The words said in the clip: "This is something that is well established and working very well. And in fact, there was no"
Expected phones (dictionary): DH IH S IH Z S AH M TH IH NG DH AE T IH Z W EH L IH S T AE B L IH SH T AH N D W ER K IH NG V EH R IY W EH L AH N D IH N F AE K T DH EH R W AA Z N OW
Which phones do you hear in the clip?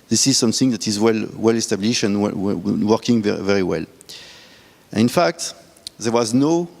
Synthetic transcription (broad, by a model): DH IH S IH Z S AH M TH IH NG DH AE T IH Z W EH L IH S T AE B L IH SH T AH N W W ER K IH NG V EH R IY W EH L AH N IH N F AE K T DH EH R W AA Z N OW